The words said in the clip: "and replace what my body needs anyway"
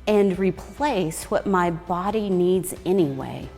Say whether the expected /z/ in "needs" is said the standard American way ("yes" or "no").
yes